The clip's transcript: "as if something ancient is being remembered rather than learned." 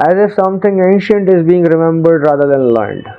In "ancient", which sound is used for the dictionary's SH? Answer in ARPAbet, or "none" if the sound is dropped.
SH